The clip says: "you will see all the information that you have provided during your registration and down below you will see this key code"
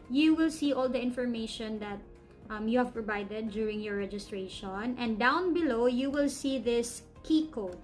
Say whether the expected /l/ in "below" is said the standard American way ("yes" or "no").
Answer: yes